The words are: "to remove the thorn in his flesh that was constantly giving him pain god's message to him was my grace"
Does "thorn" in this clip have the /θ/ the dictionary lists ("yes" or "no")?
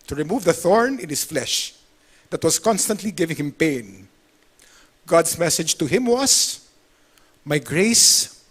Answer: yes